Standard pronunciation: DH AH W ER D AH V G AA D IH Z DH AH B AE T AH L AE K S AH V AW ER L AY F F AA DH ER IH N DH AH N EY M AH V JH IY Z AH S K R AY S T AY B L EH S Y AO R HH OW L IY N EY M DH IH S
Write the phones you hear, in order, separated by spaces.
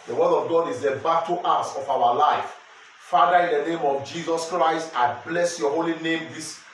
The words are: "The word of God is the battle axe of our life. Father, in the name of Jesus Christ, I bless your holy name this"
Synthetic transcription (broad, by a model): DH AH W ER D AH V G AA D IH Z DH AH B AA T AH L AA S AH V AW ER L AY F F AA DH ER IH N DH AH N EY M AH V JH IY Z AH S K R AY S T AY B L EH S Y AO HH OW L IY N EY M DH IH S